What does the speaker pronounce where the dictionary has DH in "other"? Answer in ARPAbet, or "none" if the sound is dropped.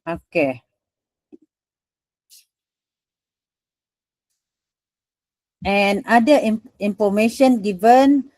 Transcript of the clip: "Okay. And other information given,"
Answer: none